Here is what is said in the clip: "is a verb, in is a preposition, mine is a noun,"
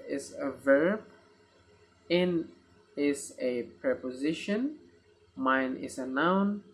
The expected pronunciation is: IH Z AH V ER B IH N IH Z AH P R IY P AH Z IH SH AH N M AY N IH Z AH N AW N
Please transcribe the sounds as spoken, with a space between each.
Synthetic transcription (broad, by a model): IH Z AH V ER B IH N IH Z AH P R IY P AH Z IH SH AH N M AY N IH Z AH N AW N